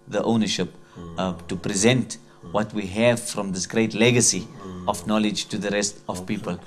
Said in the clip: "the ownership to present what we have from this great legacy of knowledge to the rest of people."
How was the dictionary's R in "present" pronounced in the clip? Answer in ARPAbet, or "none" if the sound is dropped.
R